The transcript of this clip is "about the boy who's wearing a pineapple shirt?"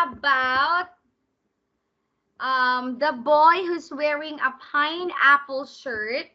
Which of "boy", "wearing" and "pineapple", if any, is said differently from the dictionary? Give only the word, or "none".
none